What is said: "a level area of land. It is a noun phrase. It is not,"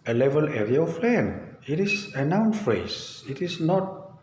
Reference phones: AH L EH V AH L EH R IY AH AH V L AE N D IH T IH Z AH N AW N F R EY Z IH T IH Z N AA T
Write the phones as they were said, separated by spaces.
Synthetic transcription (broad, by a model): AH L EH V AH L EH R IY AH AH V L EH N IH T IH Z AH N AW N F R EY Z IH T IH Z N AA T